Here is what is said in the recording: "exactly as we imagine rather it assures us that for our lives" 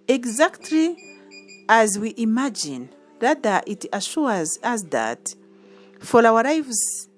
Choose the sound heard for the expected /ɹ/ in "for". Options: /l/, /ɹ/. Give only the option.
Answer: /l/